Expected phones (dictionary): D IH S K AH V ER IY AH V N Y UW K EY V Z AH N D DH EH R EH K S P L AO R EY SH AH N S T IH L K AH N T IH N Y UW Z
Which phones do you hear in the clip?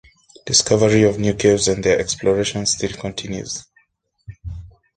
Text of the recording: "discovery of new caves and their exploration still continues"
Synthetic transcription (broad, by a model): D IH S K AH V ER IY AH V N Y UW K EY Z AH N D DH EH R EH K S P L AO R EY SH AH N S T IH L K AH N T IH N Y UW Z